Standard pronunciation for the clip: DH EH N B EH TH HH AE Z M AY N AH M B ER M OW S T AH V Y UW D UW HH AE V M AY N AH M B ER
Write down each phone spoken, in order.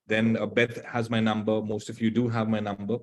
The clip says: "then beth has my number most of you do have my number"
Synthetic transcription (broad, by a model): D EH N B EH T HH AE Z M AY N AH M B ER M OW S T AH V Y UW D UW HH AE V M AY N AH M B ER